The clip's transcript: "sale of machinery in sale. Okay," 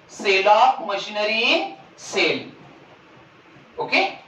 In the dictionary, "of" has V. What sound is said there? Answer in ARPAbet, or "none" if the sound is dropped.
P